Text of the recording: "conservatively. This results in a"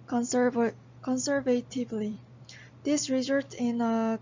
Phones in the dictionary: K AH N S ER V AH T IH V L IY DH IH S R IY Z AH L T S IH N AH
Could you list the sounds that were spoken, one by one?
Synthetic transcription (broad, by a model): K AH N S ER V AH T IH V L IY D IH S R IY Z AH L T IH N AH